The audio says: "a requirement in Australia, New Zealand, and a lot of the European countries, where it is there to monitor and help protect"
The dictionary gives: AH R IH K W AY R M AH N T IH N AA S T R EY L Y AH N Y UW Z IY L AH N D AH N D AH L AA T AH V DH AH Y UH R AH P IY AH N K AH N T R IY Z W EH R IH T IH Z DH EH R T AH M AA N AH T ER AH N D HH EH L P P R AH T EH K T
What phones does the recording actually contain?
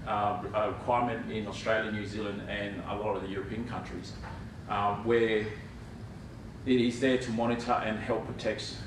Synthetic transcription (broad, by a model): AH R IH K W AY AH M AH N T IH N AA S T R EY L Y AH N Y UW Z IY L AH N D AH N AH L AA T AH V DH AH Y UH R AH P IY AH N K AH N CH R IY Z W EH R IH T IH Z DH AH R T AH M AA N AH T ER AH N HH EH L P P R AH T EH K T